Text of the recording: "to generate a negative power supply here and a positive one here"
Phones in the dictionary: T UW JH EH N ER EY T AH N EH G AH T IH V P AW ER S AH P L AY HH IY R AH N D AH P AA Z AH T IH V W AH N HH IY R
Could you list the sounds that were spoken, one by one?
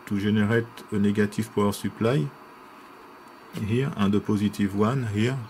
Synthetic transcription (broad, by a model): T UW ZH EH N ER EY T AH N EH G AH T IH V P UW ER S AH P L AY HH IY R AH N D AH P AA Z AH T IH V W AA N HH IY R